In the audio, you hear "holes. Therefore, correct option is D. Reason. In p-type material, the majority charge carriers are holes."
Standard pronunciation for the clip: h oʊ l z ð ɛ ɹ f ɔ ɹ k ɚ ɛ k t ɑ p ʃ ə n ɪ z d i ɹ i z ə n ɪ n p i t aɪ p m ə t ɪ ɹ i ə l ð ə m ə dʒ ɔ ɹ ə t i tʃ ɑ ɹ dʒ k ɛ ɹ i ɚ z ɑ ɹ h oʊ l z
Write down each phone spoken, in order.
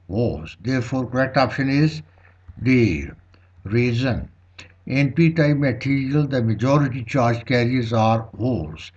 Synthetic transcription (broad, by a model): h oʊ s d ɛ ɹ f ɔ ɹ k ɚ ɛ k t ɑ p ʃ ə n ɪ z d i ɹ i z ə n ɪ n p i t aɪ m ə t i ɹ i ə l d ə m ə dʒ ɔ ɹ ə t i tʃ ɑ ɹ dʒ k ɛ ɹ i ɚ z ɑ ɹ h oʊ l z